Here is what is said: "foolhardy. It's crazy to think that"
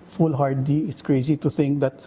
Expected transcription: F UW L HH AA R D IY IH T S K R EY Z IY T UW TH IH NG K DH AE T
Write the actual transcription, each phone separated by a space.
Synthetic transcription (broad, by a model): F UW L HH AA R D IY IH T S K R EY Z IY T UW T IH NG K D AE T